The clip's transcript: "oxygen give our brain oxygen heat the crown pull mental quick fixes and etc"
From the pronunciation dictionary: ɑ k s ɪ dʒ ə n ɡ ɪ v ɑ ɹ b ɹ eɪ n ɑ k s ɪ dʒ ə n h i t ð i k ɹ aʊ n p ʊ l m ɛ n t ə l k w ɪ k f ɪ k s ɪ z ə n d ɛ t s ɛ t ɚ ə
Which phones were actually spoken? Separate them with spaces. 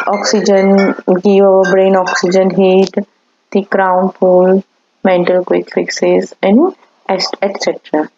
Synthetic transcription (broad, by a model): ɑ k s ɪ dʒ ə n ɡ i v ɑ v b ɹ eɪ n ɑ k s ɪ dʒ ə n h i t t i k ɹ aʊ n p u l m ɛ n t ə l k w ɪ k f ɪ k s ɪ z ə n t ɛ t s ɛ t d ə